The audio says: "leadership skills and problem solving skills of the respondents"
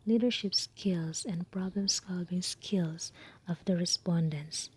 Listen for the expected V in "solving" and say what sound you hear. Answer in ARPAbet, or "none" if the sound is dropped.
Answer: B